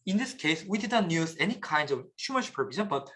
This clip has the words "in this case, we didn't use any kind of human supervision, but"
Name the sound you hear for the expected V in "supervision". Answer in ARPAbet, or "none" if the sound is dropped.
B